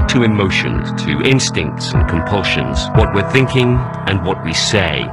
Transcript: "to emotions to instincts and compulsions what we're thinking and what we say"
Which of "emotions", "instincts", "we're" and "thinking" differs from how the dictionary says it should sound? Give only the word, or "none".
emotions